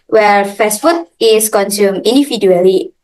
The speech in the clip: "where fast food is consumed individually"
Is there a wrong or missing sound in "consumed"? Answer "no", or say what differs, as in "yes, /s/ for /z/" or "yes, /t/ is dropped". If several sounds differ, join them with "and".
yes, /d/ is dropped